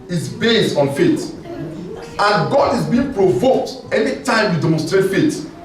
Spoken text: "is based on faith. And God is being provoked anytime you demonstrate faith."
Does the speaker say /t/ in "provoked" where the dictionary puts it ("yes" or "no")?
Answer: yes